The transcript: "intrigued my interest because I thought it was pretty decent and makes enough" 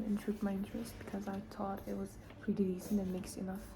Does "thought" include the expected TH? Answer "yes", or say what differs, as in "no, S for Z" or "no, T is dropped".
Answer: no, T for TH